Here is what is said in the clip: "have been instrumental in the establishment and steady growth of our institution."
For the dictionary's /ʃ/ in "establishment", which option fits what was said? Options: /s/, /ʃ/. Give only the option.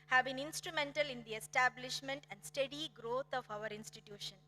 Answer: /ʃ/